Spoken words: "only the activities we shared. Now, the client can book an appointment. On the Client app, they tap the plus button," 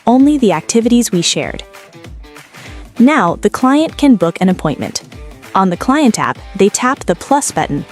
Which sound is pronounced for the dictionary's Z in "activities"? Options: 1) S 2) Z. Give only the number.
2